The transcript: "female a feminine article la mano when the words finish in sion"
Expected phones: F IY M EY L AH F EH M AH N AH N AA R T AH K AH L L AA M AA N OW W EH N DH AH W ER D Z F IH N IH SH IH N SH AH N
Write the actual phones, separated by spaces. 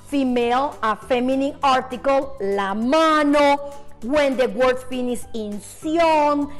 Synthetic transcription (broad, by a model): F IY M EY L AH F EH M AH N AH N AA R T AH K AH L L AA M AA N OW W EH N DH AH W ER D S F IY N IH S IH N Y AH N